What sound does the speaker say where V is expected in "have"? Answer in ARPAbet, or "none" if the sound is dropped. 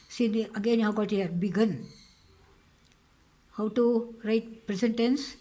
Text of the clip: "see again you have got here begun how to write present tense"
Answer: W